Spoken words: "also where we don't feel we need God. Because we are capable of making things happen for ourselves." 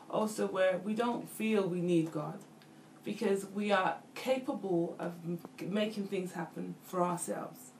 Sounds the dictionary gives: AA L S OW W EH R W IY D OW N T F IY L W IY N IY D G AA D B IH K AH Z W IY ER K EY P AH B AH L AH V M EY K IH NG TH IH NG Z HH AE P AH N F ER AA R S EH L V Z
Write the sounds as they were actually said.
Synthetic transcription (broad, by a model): AA L S OW W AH R W IY D OW N T F IY L W IY N IY D G AA D B IH K AH Z W IY ER K EY P AH B AH L AH V M EY K IH NG TH IH NG Z HH AE P AH N F ER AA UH S EH L V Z